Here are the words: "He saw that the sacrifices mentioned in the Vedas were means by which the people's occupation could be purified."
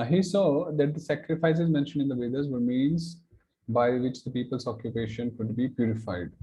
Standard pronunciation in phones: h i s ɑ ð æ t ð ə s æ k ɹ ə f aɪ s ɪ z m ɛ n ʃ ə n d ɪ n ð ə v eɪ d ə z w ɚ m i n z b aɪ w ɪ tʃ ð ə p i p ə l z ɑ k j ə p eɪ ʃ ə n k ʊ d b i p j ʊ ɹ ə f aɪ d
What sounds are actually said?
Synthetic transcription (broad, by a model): h i s ɑ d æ t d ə s æ k ɹ ə f aɪ s ɪ z m ɛ n ʃ ə n d ɪ n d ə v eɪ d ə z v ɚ m i n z b aɪ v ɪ tʃ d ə p i p ə l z ɑ k j ə p eɪ ʃ ə n k ʊ d b i p j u ɹ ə f aɪ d